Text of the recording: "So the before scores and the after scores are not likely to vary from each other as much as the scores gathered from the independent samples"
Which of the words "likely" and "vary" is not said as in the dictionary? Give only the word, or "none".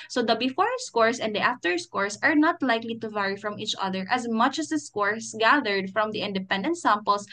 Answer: none